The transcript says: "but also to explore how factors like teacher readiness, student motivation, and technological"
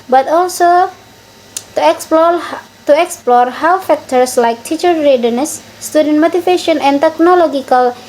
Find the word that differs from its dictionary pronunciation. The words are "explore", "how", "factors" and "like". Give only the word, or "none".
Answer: factors